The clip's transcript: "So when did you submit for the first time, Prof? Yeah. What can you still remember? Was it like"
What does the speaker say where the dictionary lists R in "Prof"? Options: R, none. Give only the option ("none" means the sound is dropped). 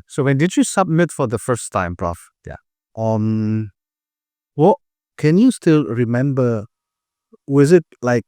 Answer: R